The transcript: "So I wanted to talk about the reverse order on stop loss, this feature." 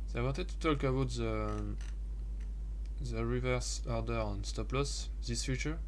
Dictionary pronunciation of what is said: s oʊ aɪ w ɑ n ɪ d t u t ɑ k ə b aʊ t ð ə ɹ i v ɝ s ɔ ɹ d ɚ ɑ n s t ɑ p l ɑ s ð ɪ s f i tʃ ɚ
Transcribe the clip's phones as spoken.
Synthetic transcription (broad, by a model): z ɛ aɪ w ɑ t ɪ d t u t ɑ k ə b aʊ t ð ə ɹ i v ɝ s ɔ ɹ d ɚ ɑ n s t ɑ p l ɑ s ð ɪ s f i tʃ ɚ